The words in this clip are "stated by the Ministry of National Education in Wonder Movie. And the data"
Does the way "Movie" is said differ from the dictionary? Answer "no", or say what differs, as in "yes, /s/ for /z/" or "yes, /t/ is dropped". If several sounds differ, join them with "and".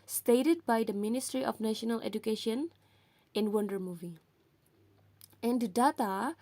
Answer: no